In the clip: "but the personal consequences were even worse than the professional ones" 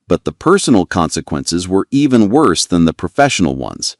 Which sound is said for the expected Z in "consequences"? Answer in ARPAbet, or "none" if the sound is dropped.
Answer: Z